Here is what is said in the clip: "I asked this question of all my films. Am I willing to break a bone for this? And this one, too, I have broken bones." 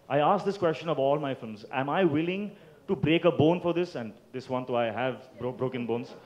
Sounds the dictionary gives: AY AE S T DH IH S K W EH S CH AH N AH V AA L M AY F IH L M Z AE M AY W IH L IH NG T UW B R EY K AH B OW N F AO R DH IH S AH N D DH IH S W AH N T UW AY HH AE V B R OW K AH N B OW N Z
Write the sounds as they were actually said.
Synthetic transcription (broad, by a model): AY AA S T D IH S K W EH S CH AH N AH V AA L M AY F IH L M Z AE M AY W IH L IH NG T UW B R EY K AH B OW N F AO R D IH S AH N D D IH S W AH N T UW AY HH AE V B R OW K AH N B OW N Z